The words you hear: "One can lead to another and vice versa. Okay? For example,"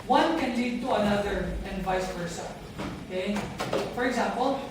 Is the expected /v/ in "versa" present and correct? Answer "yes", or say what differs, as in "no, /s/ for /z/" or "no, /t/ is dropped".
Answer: no, /p/ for /v/